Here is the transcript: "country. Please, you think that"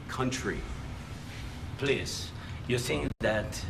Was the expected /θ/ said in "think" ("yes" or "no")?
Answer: no